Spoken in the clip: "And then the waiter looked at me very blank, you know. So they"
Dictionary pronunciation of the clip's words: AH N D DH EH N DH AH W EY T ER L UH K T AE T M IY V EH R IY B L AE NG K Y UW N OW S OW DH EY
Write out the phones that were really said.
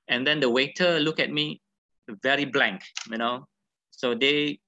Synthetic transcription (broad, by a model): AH N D EH N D AH W EY T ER L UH K EH T M IY V EH R IY B L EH NG K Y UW N OW S OW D EY